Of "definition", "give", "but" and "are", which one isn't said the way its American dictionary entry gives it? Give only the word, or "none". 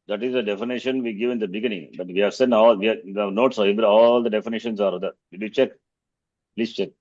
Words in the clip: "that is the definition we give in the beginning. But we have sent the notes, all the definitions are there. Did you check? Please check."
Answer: none